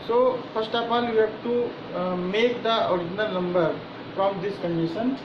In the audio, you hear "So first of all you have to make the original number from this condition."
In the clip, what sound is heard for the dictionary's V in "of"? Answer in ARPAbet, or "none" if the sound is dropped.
P